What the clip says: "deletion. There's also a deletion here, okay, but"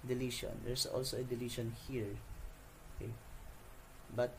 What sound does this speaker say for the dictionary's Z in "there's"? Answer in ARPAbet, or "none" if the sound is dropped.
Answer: S